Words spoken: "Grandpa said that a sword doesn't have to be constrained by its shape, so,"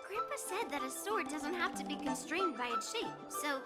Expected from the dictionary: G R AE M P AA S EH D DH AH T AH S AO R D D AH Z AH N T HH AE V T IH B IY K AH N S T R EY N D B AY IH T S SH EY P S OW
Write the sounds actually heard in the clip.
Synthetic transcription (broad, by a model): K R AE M P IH S EH D DH AH T AH S AO R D D AH Z AH N T HH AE F T IH B IY K AH N S T R EY N D B AY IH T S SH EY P S OW